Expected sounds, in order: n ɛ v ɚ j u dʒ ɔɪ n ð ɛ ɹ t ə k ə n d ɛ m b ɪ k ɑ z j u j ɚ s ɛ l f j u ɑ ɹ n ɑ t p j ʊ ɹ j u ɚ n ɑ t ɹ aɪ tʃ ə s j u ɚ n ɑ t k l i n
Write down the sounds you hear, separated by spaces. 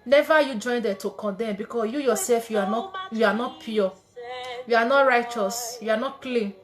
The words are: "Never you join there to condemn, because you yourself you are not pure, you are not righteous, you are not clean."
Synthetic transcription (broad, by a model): n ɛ v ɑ j u dʒ ɔɪ n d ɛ t ə k ə n d ɛ m b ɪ k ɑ j u j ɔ s ɛ l f j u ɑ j n ɑ t p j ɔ j u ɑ n ɑ t ɹ aɪ tʃ ə s j u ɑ n ɑ t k l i n